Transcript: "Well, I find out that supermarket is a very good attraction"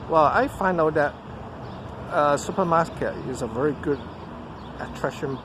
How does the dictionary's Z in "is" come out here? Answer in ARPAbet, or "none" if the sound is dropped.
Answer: Z